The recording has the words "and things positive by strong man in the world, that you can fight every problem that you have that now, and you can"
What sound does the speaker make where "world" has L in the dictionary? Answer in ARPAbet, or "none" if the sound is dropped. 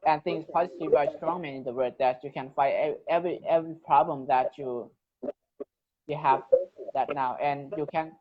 none